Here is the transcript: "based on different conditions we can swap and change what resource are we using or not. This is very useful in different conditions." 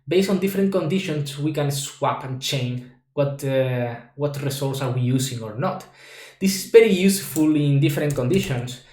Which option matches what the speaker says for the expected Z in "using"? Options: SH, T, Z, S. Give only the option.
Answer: S